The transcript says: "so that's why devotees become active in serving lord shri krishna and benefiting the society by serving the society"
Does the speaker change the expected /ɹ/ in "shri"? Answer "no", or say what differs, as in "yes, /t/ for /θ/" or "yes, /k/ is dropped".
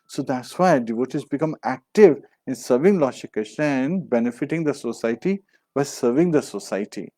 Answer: yes, /ɹ/ is dropped